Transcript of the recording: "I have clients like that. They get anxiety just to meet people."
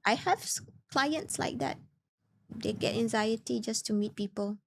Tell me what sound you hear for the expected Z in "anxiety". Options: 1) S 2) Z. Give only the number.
2